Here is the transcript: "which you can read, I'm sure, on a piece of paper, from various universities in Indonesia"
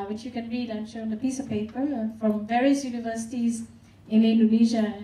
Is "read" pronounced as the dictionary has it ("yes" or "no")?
yes